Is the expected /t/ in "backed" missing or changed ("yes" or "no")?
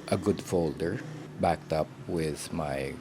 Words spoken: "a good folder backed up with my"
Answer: no